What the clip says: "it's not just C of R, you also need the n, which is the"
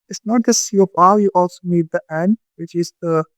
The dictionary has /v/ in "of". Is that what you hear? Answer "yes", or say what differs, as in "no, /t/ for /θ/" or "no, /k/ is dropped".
no, /p/ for /v/